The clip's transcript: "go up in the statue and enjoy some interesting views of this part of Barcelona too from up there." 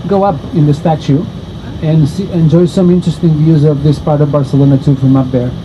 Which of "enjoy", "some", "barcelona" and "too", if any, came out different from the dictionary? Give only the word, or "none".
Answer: none